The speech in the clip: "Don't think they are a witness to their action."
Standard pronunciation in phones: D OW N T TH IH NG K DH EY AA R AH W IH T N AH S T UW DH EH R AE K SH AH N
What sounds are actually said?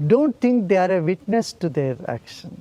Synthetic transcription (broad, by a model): D OW N T T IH NG K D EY AA R AH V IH T N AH S T UW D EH R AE K SH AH N